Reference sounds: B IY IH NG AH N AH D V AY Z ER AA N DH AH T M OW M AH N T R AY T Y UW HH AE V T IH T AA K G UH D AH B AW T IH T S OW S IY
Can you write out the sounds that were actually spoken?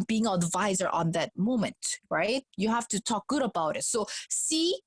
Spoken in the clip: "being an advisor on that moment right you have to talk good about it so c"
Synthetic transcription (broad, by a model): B IY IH NG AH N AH D V AY Z ER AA N DH AH T M OW M AH N T R AY T Y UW HH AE F T IH T AA K G UH D AH B AW T IH T S OW S IY